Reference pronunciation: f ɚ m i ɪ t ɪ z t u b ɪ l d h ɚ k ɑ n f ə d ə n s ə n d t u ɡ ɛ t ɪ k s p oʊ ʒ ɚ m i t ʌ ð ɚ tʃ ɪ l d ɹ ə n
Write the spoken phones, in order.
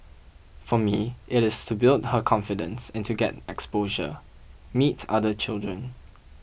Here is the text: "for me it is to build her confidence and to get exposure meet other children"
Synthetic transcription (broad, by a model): f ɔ m i ɪ t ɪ s t u b ɪ l d h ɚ k ɑ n f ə d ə n s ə n t u ɡ ɛ t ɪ k s p oʊ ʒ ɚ m i t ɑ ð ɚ tʃ ɪ l d ɹ ə n